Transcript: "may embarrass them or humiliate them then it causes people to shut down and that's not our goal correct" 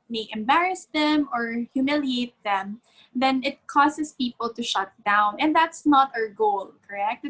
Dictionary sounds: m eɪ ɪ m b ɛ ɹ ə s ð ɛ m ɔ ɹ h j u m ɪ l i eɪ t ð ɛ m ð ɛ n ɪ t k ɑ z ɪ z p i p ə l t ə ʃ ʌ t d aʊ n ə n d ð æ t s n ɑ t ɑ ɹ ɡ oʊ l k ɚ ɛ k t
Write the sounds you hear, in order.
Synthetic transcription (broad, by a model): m eɪ ɪ m b ɛ ɹ ə s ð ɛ m ɔ ɹ h j u m ɪ l i eɪ t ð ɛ m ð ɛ n ɪ t k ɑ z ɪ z p i p ə l t ə ʃ ʌ t d aʊ n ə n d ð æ t s n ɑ t ɑ ɹ ɡ oʊ l k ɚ ɛ k t